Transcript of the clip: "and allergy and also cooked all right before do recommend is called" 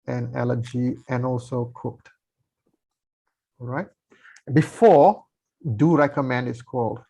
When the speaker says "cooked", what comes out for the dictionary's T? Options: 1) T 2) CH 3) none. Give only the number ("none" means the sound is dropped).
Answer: 1